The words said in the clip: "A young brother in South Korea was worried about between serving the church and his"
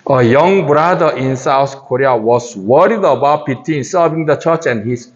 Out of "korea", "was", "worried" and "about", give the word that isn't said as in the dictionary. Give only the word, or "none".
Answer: was